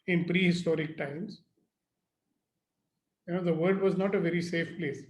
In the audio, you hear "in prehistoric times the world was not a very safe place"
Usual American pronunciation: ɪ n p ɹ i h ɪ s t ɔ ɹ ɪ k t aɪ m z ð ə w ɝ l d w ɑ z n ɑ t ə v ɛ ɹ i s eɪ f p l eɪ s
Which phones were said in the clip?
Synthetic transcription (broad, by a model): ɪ n p ɹ i h ɪ s t ɔ ɹ ɪ k t aɪ m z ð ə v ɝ d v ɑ z n ɑ t ə v ɛ ɹ i s eɪ f p l eɪ s